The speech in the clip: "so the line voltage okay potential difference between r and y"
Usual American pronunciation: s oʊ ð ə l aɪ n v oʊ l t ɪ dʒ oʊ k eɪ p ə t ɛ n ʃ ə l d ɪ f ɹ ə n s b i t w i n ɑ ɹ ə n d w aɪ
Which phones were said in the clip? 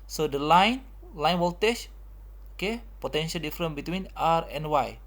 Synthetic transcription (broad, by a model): s oʊ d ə l aɪ n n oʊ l t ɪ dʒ oʊ k eɪ p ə t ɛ n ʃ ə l d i f ɹ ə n b i t w i n ɑ ɹ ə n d w aɪ